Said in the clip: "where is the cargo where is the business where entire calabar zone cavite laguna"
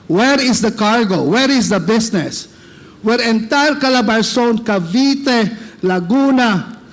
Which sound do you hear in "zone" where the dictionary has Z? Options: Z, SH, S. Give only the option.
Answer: S